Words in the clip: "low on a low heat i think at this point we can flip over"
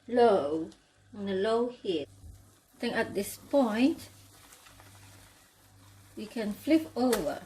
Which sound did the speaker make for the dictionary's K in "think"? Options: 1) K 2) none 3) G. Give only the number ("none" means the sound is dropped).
2